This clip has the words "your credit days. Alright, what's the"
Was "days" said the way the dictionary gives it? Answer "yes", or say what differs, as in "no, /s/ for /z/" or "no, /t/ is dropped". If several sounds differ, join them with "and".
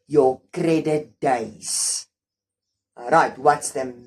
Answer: no, /z/ is dropped